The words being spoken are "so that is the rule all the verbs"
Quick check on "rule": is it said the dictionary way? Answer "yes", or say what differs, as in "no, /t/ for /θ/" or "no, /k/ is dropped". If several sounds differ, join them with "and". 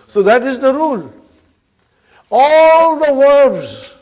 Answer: yes